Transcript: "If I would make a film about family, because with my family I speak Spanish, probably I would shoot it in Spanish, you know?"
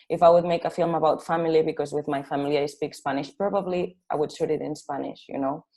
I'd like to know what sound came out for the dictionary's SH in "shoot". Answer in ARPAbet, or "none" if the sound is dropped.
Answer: S